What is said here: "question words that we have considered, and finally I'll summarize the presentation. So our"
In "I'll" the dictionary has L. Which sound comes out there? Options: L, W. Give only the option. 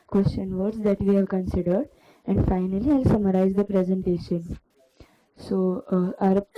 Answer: L